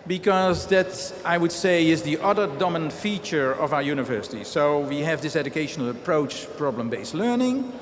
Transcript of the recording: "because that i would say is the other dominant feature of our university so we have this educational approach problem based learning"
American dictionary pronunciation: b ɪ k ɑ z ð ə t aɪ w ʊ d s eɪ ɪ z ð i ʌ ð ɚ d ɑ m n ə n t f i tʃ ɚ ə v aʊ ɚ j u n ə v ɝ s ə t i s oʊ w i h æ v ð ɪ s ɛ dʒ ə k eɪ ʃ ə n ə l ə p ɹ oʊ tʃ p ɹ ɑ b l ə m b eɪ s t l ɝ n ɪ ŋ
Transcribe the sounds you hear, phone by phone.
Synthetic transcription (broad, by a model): b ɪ k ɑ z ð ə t aɪ w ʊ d s eɪ ɪ z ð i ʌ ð ɚ d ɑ m ə n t f i tʃ ɚ ə v aʊ ɚ j u n ə v ɝ s ə t i s oʊ w i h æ v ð ɪ s ɛ dʒ ə k eɪ ʃ ə n ə l ə p ɹ oʊ tʃ p ɹ ɑ b l ə m b eɪ s t l ɝ n ɪ ŋ